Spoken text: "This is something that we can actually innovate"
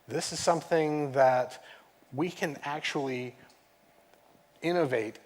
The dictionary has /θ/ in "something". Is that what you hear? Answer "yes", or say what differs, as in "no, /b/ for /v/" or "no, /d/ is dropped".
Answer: yes